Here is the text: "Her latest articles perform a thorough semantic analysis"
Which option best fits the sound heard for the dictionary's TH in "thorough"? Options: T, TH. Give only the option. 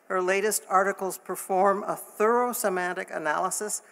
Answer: TH